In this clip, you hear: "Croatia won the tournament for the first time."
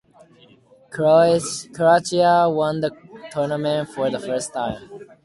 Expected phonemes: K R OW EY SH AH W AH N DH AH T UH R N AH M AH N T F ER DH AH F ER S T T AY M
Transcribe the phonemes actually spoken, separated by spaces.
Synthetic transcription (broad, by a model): K R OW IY AH W AH N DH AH T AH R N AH M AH N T F ER DH AH F ER S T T AY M